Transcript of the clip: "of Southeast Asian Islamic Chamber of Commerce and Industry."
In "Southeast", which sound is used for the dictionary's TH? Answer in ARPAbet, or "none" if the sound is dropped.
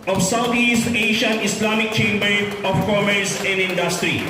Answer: T